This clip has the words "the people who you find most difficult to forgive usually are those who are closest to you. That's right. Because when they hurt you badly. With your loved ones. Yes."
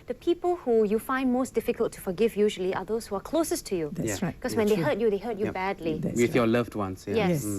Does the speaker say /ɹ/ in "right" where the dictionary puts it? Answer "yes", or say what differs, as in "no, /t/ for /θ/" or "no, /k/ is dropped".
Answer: no, /w/ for /ɹ/